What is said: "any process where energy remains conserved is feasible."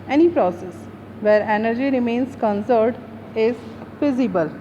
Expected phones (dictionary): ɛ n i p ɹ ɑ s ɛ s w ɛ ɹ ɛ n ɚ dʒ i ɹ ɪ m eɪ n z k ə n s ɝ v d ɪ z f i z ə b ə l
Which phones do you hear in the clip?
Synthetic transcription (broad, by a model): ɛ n i p ɹ ɑ s ɛ s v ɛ ɹ ɛ n ɚ dʒ i ɹ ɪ m eɪ n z k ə n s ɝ d ɪ z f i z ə b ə l